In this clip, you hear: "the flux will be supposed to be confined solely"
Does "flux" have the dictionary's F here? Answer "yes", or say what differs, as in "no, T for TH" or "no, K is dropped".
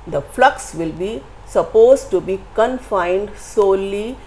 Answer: yes